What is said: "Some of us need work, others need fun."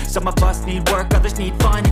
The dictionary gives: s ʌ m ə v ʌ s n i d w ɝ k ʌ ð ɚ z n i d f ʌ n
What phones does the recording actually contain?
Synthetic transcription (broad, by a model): s ʌ m ə v ʌ s n i d w ɝ k ʌ ð ɚ z n i d f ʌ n